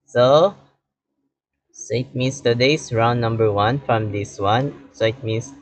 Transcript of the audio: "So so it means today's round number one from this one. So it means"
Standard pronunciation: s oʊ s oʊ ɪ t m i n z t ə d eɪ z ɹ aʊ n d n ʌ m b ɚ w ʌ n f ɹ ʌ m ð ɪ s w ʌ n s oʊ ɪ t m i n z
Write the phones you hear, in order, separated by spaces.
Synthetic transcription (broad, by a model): s oʊ s oʊ ɪ t m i n s t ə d eɪ s ɹ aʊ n n ʌ m b ɚ w ʌ n f ɹ ʌ m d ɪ s w ʌ n s oʊ ɪ t m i n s